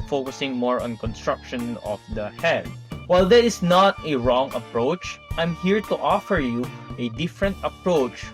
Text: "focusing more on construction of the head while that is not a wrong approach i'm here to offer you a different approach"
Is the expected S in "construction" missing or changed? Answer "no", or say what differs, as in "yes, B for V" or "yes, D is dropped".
no